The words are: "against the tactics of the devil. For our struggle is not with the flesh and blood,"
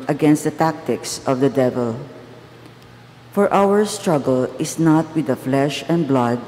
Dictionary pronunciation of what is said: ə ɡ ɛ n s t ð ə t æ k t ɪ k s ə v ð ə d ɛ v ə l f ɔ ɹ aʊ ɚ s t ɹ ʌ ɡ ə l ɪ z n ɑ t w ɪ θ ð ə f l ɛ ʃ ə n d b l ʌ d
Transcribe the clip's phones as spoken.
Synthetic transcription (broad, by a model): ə ɡ ɛ n s t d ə t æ k t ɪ k s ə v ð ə d ɛ v ə l f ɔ ɹ aʊ ɚ s t ɹ ʌ ɡ ə l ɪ s n ɑ t w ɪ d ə f l ɛ ʃ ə n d b l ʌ d